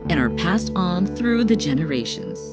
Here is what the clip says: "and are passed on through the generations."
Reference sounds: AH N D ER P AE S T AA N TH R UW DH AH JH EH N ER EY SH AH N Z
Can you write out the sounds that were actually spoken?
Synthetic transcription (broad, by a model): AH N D ER P AE S T N TH R UW DH AH JH EH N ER EY SH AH N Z